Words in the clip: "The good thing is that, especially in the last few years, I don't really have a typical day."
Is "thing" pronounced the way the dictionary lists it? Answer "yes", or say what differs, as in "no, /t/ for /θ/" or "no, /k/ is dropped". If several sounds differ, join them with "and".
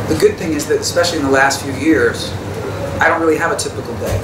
yes